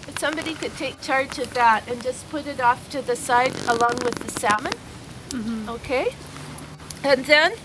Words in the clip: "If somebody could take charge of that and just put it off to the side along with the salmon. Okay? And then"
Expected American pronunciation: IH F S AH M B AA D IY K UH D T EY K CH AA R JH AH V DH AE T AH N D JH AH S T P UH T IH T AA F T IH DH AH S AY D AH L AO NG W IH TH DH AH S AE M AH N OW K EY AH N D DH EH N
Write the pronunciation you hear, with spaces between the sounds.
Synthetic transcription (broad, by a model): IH S AH M B AA D IY K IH D T EY K CH AA R JH AH V DH AE T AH N JH AH S P UH T IH T AA F T IH DH AH S AY D AH L AO NG W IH DH AH S AE M AH N OW K EY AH N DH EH N